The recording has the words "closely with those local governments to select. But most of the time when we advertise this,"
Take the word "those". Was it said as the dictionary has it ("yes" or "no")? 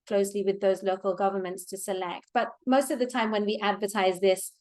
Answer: yes